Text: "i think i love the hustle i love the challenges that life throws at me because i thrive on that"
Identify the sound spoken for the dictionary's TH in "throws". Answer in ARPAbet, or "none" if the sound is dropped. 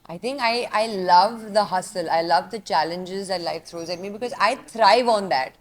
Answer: T